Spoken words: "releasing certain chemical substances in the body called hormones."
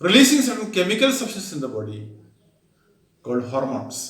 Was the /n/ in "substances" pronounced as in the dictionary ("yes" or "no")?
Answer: no